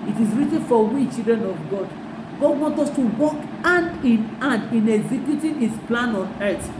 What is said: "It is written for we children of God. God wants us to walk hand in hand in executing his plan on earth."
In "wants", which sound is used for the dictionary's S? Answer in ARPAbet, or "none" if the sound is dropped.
none